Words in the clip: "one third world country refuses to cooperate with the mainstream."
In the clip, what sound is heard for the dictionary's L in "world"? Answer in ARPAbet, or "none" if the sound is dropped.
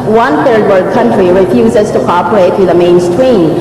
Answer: none